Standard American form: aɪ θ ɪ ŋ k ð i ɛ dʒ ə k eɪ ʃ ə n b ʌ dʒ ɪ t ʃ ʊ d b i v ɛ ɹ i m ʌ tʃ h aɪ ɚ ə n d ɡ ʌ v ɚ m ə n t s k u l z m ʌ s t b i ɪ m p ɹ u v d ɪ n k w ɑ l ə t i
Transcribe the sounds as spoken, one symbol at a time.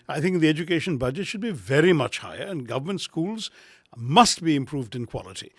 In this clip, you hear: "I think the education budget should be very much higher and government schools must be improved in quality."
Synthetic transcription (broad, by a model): aɪ θ ɪ ŋ k ð i ɛ dʒ ə k eɪ ʃ ə n b ʌ dʒ ɪ t ʃ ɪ d b i v ɛ ɹ i m ʌ tʃ h aɪ ɚ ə n ɡ ʌ v ɚ m ə n t s k u l z m ʌ s t b i ɪ m p ɹ u v d ɪ n k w ɑ l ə t i